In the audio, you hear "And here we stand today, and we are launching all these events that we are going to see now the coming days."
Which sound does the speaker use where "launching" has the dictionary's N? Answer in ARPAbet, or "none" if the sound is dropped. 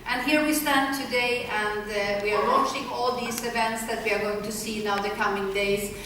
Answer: none